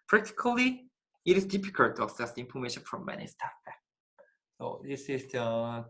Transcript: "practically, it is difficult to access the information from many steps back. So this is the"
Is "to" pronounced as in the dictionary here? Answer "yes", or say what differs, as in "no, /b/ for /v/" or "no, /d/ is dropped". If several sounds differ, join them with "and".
yes